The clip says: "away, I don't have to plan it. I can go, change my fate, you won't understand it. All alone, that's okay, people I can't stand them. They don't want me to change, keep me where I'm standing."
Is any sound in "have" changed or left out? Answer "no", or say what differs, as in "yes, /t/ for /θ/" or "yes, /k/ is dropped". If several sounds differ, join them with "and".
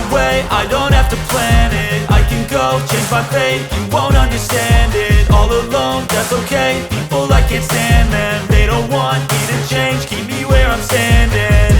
yes, /f/ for /v/